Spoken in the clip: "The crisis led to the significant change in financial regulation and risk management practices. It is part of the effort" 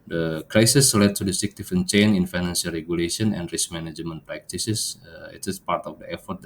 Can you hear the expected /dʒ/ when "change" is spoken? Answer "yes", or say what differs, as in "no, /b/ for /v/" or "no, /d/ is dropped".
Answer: no, /dʒ/ is dropped